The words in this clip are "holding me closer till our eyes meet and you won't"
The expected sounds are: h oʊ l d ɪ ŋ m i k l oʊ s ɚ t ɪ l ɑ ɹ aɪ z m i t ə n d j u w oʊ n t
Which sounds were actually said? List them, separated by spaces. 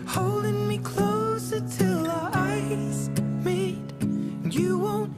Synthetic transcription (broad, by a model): h oʊ l d ɪ ŋ m i k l oʊ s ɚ t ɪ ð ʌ aɪ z m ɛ ə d j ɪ w oʊ n t